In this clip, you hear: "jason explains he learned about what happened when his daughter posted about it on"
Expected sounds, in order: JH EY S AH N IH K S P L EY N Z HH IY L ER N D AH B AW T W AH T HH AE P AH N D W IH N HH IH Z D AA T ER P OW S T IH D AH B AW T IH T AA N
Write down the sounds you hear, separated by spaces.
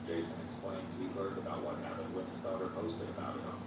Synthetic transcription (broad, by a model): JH EY S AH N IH K S P L EY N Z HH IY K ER D AH B AW T W AH T HH AE P AH N D W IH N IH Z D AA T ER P OW S T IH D AH B AW T IH T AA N